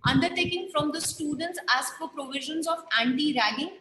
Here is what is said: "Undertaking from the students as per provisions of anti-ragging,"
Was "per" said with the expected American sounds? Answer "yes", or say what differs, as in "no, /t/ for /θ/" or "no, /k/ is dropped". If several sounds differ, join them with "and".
no, /f/ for /p/